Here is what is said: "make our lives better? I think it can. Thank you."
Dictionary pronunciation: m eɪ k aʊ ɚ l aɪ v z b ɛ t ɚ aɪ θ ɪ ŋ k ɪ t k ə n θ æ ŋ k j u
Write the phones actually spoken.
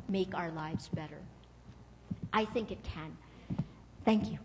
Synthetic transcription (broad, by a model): m eɪ k aʊ ɚ l aɪ v z b ɛ t ɚ aɪ θ ɪ ŋ k ɪ t k ə n θ æ ŋ k j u